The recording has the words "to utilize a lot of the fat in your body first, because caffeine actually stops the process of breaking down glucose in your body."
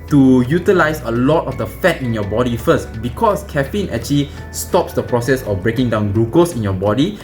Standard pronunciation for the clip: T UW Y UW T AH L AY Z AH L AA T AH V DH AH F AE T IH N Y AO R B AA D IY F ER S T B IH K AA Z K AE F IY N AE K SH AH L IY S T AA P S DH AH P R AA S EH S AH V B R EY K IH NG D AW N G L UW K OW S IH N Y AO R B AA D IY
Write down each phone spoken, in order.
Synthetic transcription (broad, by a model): T UW Y UW T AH L AY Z AH L AA T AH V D AH F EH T IH N Y AO B AA D IY F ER S T B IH K AA S K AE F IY N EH K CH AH L IY S T AA P S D AH P R AA S EH S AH F B R EY K IH NG D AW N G UW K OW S IH N Y AO B AA D IY